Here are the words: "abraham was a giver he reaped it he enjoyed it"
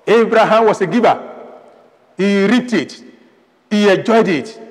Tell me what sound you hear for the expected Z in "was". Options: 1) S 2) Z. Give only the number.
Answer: 1